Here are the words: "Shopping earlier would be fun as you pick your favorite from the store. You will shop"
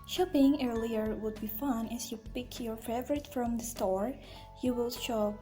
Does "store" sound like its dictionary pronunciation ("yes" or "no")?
yes